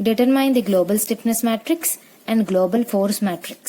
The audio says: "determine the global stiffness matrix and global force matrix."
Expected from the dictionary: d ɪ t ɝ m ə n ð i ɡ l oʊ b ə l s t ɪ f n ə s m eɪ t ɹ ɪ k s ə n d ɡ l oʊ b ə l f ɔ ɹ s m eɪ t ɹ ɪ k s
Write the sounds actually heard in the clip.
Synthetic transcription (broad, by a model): d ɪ t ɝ m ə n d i ɡ l oʊ b ə l s t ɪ p n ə s m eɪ t ɹ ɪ k s ə n d ɡ l oʊ b ə l f ɔ ɹ s m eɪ t ɹ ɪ k s